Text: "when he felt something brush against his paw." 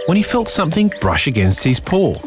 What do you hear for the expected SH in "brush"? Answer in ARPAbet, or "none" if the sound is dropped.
SH